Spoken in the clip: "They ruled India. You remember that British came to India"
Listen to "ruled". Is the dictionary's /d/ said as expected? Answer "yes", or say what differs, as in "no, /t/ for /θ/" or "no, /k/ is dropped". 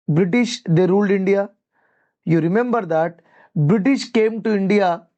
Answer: yes